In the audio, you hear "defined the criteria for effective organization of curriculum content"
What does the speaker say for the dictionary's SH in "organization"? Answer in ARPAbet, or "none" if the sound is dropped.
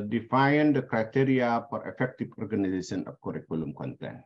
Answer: S